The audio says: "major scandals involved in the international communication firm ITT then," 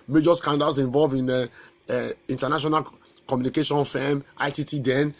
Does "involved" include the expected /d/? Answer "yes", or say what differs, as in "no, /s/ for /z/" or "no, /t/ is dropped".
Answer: no, /d/ is dropped